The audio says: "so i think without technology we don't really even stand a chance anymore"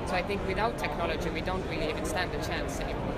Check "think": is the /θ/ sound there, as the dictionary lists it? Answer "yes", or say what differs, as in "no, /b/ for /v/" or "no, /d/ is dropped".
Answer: yes